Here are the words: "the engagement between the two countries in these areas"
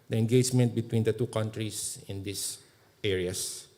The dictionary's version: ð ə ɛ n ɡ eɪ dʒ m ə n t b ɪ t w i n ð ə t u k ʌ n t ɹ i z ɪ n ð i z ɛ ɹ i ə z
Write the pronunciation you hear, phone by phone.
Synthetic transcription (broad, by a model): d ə ɛ n ɡ eɪ dʒ m ə n t b ɪ t w i n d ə t u k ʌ n t ɹ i s ɪ n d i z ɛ ɹ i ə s